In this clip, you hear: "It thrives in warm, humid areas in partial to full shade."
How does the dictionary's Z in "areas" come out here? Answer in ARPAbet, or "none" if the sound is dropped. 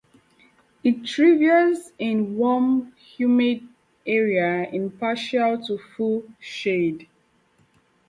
none